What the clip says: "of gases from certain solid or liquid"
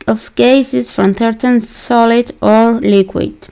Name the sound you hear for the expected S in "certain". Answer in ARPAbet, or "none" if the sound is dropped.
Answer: TH